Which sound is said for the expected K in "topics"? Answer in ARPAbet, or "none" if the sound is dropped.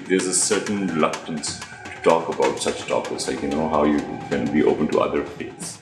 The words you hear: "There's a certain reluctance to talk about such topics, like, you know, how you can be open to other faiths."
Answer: none